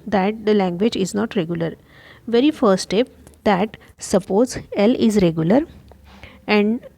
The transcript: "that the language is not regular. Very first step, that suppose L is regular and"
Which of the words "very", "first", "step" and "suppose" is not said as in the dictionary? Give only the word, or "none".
first